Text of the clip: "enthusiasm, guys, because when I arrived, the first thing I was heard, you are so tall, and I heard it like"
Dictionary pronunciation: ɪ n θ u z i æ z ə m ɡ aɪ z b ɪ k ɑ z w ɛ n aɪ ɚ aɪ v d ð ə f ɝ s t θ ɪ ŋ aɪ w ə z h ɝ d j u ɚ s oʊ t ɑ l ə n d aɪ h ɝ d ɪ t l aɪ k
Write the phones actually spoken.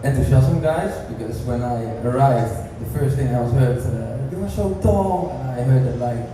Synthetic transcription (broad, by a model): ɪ n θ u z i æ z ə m ɡ aɪ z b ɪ k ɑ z w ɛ n aɪ ɚ aɪ v d ð ə f ɝ s t θ ɪ ŋ aɪ w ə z h ɝ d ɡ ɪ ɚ ʃ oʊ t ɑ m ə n aɪ h ɝ d ɪ t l aɪ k